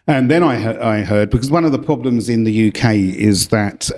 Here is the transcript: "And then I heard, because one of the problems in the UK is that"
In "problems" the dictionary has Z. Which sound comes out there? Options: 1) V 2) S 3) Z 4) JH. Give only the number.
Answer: 3